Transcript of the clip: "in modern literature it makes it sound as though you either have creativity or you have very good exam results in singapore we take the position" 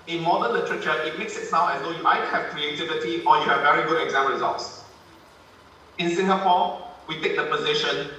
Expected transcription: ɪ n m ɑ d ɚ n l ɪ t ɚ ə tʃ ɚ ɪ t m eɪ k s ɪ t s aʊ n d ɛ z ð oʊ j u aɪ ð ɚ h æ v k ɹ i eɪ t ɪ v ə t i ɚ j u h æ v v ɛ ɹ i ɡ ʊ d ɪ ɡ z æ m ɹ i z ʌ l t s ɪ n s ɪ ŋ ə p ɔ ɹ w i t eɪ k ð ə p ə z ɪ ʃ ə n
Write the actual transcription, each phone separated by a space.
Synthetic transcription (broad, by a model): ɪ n m ɑ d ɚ n l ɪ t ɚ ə tʃ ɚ ɪ t m eɪ k s ɪ t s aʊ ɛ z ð oʊ j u aɪ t h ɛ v k ɹ i eɪ t ɪ v ə t i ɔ j u h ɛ v v ɛ ɹ i ɡ ʊ d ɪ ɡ z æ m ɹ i z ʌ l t s ɪ n s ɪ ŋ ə p ɔ w i t eɪ k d ə p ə z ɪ ʃ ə n